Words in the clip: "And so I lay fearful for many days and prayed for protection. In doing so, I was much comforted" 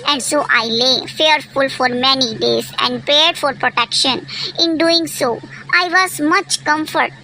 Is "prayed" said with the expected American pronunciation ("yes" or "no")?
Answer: no